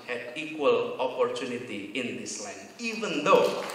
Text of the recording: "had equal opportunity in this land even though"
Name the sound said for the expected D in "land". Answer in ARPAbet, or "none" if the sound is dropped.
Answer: none